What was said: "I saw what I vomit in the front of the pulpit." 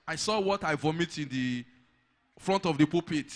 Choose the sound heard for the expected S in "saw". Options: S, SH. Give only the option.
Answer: S